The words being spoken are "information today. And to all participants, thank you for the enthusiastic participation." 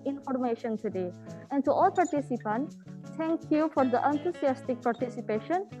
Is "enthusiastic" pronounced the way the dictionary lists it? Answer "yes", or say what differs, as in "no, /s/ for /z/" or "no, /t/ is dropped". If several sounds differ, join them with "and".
no, /t/ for /θ/